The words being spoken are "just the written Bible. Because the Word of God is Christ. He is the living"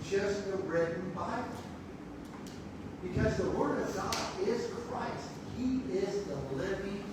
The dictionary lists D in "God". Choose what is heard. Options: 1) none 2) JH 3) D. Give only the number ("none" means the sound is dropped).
1